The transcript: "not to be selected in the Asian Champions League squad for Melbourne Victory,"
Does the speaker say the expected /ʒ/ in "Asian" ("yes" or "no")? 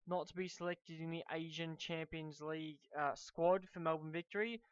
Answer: yes